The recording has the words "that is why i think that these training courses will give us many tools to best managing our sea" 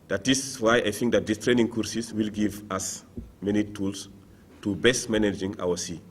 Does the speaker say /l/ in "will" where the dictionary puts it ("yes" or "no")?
yes